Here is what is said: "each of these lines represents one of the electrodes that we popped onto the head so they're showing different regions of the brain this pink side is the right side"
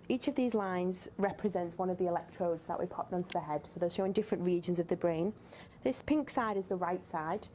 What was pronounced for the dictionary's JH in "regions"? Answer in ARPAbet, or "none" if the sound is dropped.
JH